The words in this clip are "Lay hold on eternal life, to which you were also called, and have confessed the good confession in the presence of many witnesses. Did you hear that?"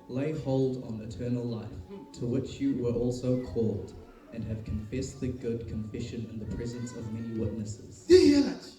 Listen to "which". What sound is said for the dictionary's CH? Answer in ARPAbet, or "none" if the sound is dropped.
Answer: CH